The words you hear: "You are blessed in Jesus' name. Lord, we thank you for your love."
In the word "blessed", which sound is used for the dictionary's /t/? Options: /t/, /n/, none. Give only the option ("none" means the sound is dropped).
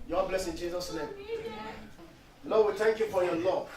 none